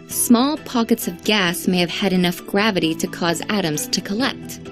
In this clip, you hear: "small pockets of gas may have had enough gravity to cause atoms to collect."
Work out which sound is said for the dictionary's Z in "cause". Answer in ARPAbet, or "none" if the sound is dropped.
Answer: Z